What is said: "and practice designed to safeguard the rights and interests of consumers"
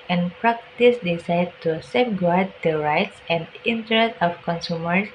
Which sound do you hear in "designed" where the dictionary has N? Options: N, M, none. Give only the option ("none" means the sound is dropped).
none